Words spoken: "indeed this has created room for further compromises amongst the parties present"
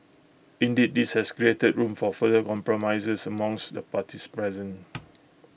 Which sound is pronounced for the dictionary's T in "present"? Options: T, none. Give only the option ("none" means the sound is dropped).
none